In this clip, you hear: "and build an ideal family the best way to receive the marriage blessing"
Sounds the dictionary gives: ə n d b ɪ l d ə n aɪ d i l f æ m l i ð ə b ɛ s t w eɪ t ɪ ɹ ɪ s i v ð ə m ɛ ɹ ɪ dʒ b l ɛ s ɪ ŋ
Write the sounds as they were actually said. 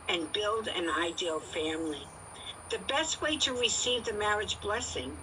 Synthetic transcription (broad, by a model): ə n b ɪ l d ə n aɪ d i l f æ m l i ð ə b ɛ s t w eɪ t ɪ ɹ ɪ s i v ð ə m ɛ ɹ ɪ dʒ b l ɛ s ɪ ŋ